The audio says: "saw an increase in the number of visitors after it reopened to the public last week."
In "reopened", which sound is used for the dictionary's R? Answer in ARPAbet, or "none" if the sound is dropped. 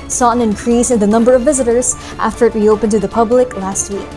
W